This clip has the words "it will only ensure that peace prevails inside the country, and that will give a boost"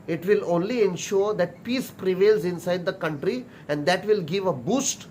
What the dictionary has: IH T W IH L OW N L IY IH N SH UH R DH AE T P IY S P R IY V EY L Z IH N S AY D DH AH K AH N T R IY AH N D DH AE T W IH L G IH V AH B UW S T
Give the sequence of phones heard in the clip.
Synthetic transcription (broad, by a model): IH T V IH L OW N L IY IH N SH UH R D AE T P IY S P R IY V EY L Z IH N S AY D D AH K AH N T R IY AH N D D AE T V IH L G IH V AH B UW S T